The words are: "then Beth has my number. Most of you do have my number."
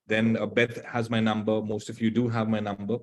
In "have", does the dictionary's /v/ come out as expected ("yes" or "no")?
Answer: yes